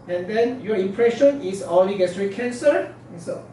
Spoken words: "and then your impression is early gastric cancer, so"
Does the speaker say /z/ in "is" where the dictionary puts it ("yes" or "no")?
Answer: no